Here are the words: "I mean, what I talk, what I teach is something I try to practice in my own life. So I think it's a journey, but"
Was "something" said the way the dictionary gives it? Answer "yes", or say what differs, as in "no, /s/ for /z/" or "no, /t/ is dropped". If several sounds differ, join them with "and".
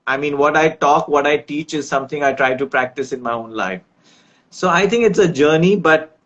no, /t/ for /θ/